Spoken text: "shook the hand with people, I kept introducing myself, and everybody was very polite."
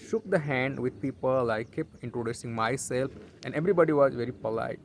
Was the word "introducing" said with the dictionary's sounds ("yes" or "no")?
yes